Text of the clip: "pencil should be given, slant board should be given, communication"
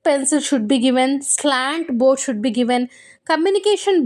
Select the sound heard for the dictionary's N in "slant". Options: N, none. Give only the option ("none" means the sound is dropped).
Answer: N